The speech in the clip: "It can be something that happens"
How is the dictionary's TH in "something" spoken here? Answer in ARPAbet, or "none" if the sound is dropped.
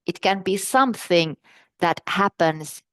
TH